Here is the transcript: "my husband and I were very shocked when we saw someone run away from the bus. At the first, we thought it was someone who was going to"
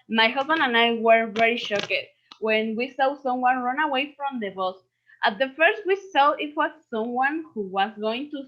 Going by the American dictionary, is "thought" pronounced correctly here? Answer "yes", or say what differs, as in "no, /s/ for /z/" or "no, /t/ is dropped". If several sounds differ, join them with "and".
no, /s/ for /θ/ and /t/ is dropped